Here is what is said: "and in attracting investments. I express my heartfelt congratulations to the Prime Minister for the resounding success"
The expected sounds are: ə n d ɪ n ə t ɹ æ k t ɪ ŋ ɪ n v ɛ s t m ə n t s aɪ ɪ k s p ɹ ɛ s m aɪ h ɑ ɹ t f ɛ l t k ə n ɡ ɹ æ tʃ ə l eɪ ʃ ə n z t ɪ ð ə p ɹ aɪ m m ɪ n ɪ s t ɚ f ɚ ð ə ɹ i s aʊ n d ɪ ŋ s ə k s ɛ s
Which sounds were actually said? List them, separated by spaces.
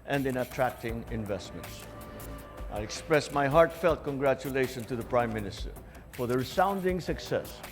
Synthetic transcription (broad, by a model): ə n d ɪ n ə t ɹ æ k t ɪ ŋ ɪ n v ɛ s t m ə n t s aɪ ɪ k s p ɹ ɛ s m aɪ h ɑ ɹ t f ɛ l t k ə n ɡ ɹ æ tʃ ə l eɪ ʃ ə n t ɪ ð ə p ɹ aɪ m m ɪ n ɪ s t ɚ f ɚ ð ə ɹ i s aʊ n d ɪ ŋ s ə k s ɛ s